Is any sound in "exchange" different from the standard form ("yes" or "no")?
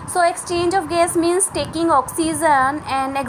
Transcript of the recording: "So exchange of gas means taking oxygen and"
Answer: no